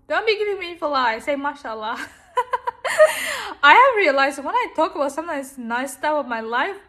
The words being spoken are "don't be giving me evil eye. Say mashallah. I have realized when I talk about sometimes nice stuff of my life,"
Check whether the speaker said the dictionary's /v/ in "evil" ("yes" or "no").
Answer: no